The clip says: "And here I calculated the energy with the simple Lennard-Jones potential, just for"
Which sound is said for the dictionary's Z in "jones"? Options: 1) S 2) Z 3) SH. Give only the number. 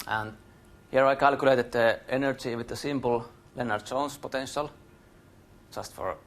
1